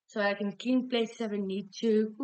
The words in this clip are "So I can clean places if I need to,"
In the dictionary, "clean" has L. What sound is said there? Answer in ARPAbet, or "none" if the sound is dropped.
none